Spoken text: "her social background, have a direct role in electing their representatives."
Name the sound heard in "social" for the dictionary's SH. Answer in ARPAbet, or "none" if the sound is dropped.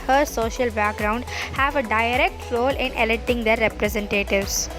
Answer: SH